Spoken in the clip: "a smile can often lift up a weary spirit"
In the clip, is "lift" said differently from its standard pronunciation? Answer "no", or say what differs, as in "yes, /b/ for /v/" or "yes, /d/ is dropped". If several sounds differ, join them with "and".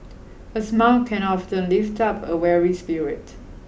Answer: no